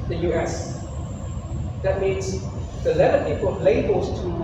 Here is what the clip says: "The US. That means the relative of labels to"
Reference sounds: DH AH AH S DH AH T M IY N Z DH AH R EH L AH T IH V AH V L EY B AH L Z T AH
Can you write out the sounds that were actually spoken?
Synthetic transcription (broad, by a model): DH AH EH S DH AH T M IY N Z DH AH L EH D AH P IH P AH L L EY B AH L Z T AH